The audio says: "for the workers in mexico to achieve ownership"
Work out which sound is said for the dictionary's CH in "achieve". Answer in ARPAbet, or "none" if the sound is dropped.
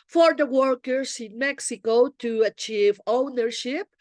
CH